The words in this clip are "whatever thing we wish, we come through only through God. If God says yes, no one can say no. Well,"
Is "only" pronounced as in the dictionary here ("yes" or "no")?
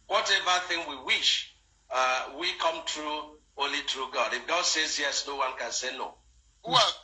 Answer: no